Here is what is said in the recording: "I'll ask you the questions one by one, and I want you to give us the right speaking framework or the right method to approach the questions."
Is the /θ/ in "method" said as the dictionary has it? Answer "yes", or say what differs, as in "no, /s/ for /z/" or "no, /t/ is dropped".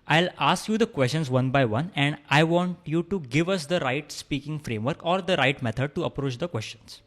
no, /t/ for /θ/